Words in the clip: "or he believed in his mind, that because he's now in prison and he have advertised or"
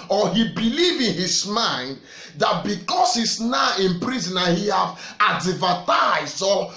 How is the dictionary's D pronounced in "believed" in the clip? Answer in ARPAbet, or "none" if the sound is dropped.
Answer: none